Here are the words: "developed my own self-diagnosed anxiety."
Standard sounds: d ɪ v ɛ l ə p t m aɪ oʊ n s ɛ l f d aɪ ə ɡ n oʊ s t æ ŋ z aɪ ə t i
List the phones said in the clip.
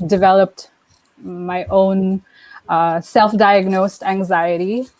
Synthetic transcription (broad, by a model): d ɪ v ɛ l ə p t m aɪ oʊ n s ɛ l f d aɪ ə ɡ n oʊ s t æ ŋ z aɪ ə t i